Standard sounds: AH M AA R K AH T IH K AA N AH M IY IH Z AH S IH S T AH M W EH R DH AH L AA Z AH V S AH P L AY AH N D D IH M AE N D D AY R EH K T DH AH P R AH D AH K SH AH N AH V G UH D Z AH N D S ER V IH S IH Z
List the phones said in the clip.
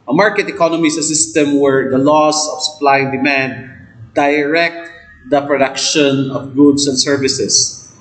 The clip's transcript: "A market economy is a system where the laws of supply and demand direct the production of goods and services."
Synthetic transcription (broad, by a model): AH M AA R K AH T IH K AA N AH M IY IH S AH S IH S T AH M W EH R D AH L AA S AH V S AH P L AY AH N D D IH M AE N D D AY R EH K T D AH P R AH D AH K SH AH N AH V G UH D S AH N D S ER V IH S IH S